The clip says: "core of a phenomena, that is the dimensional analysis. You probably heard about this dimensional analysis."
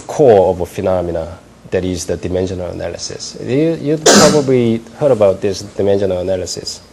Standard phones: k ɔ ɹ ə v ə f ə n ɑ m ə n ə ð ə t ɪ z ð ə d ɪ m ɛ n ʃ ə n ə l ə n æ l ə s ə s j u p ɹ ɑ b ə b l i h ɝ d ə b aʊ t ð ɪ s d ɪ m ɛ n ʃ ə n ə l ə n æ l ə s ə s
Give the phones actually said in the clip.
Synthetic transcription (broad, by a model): k ɔ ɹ ə v ə f ə n ɑ m ə n ə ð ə t ɪ z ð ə d ɪ m ɛ n ʃ ə n ə l ə n æ l ə s ə s j u p ɹ ɑ b ə b l i h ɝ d ə b aʊ t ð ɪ s d ɪ m ɛ n ʃ ə n ə l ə n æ l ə s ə s